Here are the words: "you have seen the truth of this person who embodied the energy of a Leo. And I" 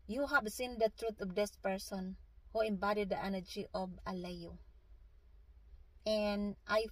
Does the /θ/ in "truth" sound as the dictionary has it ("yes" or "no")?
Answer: no